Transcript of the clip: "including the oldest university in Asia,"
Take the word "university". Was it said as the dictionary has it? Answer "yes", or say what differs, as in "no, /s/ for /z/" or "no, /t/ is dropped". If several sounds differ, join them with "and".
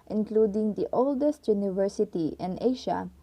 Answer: yes